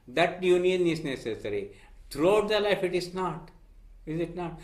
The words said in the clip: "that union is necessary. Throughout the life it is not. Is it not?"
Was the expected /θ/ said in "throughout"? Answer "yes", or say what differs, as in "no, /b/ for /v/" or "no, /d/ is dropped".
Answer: no, /t/ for /θ/